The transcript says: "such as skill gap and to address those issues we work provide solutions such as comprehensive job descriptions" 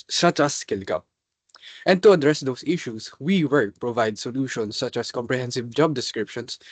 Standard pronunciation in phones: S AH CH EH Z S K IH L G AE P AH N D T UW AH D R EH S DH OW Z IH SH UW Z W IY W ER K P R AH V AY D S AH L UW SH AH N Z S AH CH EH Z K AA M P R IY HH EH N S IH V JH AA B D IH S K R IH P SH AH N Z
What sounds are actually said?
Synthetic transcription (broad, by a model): S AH CH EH S K IH L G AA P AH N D T UW AH D R EH S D OW S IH SH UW S W IY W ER P R AH V AY D S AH L UW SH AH N S AH CH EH S K AA M P R IY HH EH N S IH V JH AA B D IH S K R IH P SH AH N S